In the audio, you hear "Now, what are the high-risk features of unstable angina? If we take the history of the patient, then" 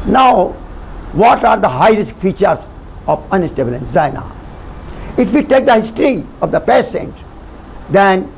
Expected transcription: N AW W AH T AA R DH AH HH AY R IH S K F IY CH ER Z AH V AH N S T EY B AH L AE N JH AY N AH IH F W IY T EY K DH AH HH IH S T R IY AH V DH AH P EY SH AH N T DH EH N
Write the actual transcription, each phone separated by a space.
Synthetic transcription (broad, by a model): N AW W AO T AA R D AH HH AY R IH S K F IY CH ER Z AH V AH N S T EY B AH L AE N Z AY N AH IH F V IY T EY K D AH HH IH S T R IY AH V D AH P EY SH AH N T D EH N